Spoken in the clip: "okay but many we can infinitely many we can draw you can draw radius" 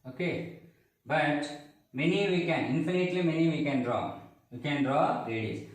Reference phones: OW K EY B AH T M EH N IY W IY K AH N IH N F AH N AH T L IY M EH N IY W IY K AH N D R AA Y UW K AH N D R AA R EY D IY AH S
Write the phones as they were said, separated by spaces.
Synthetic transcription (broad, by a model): OW K EY B AH T M EH N IY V IY K AH N IH N F AH N AH T L IY M EH N IY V IY K AH N D R AA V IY K AH N D R AA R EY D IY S